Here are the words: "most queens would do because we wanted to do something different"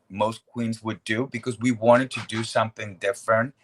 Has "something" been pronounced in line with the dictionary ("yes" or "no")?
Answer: yes